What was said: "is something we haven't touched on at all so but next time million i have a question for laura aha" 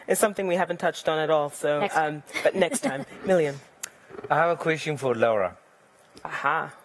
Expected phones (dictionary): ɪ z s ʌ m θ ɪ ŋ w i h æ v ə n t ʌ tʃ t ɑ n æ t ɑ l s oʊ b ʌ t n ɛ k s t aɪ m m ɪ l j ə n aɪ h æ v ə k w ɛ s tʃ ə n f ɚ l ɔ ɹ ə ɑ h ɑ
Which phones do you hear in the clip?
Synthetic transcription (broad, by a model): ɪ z s ʌ m θ ɪ ŋ w i h æ v ə n t ʌ tʃ t n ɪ t ɑ l s oʊ b ʌ t n ɛ k s t aɪ m m ɪ l j ə n aɪ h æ v ə k w ɛ s tʃ ə n f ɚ l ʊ ɹ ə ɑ h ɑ